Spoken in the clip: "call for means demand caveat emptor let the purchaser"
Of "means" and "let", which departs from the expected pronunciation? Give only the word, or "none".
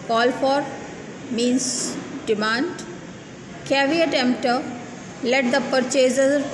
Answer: means